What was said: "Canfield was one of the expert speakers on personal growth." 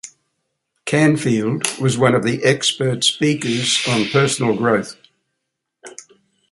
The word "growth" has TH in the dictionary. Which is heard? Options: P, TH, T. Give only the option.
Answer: TH